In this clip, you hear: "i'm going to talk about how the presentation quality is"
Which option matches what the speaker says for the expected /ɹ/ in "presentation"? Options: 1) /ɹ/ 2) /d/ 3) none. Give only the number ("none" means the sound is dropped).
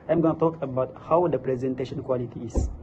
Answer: 1